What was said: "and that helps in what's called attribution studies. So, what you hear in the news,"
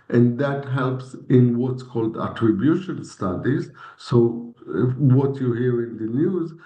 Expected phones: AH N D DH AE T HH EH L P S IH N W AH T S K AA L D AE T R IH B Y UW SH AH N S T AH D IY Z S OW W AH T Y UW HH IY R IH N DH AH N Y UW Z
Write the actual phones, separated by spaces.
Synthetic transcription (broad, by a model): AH N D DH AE T HH EH L P S IH N W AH T S K AA L D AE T R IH B Y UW SH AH N S T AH D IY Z S OW W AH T Y UW HH IY R IH N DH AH N Y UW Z